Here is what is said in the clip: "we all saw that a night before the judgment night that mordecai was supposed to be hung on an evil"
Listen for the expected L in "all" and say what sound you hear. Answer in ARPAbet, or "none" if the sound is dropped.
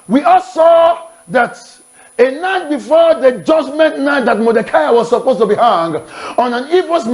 L